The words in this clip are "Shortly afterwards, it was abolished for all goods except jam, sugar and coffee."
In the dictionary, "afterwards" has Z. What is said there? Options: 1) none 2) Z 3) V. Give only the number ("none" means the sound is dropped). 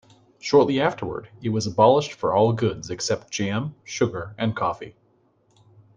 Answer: 1